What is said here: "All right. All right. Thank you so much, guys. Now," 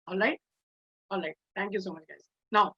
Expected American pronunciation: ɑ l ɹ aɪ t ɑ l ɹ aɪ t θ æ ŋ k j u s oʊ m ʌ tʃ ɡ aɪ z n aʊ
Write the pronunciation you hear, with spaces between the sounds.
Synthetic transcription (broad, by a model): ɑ l ɹ aɪ t ɑ l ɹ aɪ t t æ ŋ k j u s oʊ m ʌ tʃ ɡ aɪ z n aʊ